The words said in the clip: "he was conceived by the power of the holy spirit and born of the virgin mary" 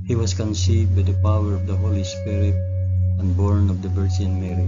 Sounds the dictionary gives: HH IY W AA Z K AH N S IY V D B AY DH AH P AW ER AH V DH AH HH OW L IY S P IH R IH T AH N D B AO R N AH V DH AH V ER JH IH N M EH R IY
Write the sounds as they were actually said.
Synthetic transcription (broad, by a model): HH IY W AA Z K AH N S IY V D B AY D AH P AW ER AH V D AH HH OW L IY S P IH R IH T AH N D B AO R N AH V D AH B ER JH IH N M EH R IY